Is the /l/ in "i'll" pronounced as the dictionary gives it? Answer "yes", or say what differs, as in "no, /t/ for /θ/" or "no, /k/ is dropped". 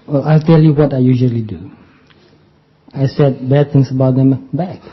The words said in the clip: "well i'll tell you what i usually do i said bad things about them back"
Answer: yes